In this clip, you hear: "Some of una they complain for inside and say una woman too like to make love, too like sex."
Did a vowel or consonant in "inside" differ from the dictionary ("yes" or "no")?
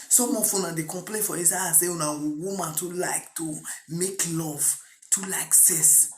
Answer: yes